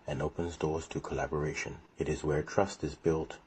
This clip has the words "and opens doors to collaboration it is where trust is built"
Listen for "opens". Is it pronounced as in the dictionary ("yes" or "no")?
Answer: yes